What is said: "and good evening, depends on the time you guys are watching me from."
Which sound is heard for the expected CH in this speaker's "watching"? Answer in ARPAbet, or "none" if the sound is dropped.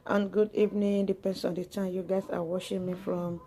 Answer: SH